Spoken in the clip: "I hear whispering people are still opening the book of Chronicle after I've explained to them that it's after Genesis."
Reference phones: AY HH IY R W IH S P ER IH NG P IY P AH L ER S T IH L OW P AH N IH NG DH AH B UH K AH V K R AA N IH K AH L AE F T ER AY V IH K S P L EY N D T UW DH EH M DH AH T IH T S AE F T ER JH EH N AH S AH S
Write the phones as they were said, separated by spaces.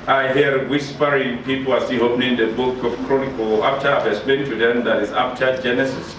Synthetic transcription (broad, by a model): AY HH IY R W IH S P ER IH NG P IY P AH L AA S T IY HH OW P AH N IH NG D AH B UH K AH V K R AA N IH K AH L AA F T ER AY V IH S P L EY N T UW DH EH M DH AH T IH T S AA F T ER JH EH N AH S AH S